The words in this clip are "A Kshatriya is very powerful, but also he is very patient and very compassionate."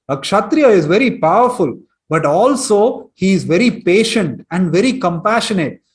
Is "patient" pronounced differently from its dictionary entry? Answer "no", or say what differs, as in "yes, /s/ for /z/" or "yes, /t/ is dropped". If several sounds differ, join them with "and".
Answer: no